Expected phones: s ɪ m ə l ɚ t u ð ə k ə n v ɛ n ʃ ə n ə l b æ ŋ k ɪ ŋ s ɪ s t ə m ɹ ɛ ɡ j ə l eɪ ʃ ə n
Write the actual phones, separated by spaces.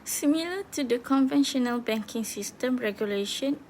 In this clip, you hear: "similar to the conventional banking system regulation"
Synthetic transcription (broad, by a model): s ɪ m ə l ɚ t u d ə k ə n v ɛ n ʃ ə n ə l b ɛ ŋ k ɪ ŋ s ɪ s t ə m ɹ ɛ ɡ j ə l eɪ ʃ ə n